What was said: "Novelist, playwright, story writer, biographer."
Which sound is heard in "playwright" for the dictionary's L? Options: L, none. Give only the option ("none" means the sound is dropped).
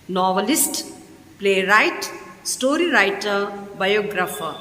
L